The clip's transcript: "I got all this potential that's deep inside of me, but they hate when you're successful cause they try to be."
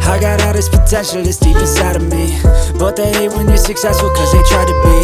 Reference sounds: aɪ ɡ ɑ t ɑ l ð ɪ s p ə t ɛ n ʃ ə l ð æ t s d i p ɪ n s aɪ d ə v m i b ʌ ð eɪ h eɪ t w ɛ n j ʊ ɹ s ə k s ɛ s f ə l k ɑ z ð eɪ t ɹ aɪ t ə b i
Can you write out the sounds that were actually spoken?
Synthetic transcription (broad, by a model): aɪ ɡ ɑ t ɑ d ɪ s p ə t ɛ n ʃ ə l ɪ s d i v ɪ s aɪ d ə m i b ʌ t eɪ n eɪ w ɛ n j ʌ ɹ s ə k s ɛ s f ə l k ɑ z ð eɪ t ɹ aɪ t ə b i